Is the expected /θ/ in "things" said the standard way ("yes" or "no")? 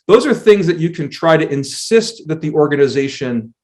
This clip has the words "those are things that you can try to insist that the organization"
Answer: yes